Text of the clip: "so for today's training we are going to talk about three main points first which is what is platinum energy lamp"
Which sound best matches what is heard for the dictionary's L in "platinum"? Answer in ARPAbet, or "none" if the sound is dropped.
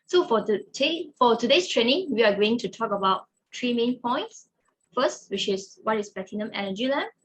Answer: none